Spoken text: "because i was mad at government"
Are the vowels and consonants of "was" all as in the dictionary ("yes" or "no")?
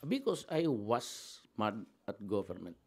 no